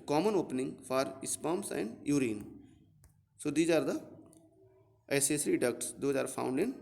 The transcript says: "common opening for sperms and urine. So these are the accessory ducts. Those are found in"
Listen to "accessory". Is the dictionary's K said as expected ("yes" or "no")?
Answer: no